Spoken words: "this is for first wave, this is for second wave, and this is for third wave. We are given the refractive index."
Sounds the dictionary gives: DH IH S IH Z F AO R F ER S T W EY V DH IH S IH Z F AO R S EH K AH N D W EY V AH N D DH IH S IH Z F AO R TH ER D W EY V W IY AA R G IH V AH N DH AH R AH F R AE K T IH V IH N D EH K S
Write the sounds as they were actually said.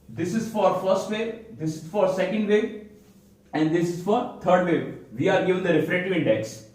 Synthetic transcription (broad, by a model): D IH S IH Z F AO R F ER S T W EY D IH S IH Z F AO R S EH K AH N D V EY AH N D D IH S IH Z F AO R T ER D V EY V IY AA R G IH V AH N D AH R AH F R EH T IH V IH N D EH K S